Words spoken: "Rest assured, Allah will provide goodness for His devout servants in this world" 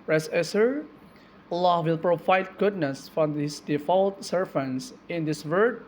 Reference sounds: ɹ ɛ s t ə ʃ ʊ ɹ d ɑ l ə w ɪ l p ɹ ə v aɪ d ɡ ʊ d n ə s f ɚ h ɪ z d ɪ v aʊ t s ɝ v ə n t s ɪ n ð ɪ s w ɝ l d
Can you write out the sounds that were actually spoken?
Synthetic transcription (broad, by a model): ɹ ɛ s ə s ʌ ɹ ɑ l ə w ɪ l p ɹ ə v aɪ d ɡ ʊ d n ə s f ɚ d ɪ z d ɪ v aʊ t s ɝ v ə n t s ɪ n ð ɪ s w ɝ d